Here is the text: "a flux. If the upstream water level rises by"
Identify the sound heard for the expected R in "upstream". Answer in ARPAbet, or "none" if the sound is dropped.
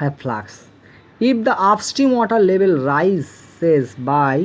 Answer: none